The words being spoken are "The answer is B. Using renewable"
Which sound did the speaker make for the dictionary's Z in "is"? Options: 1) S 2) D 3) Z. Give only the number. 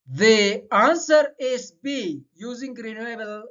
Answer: 1